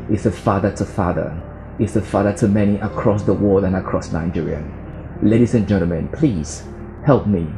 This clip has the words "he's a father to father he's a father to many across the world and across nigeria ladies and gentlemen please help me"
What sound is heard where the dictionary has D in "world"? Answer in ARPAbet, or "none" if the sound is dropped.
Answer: none